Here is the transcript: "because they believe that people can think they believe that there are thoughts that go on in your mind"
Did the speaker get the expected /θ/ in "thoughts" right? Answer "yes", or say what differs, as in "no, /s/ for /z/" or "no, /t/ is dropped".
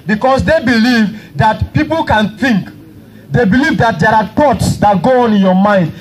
no, /t/ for /θ/